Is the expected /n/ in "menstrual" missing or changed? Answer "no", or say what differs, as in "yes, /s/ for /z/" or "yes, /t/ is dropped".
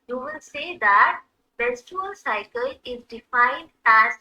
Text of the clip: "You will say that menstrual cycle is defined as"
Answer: yes, /n/ is dropped